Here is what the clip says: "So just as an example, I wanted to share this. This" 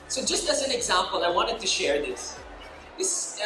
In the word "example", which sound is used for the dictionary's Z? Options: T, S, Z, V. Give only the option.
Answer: Z